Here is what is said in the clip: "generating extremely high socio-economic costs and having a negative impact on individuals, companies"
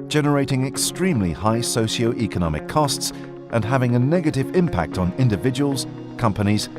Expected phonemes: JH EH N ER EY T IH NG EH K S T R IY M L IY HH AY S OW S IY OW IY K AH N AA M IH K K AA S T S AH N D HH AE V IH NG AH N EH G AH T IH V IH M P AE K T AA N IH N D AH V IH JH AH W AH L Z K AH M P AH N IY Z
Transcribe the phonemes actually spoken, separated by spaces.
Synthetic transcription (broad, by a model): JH EH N ER EY T IH NG EH K S T R IY M L IY HH AY S OW SH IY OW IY K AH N AA M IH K K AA S T S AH N HH AE V IH NG AH N EH G AH T IH V IH M P AE K T N IH N D AH V IH JH AH W AH L Z K AH M P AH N IY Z